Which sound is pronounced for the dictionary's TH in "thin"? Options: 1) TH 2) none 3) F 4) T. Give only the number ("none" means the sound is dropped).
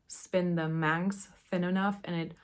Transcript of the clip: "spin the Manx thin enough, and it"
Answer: 1